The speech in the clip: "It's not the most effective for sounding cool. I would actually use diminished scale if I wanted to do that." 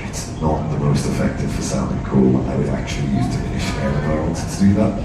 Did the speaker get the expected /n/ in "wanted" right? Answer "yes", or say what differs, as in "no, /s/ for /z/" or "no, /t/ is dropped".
no, /n/ is dropped